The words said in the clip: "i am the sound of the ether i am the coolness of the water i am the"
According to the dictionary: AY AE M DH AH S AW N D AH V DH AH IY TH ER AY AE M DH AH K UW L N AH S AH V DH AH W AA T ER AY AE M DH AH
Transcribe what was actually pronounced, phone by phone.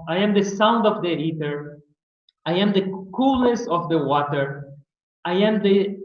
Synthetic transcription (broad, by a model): AY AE M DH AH S AW N D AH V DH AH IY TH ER AY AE M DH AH K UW L AH S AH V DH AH W AA T ER AY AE M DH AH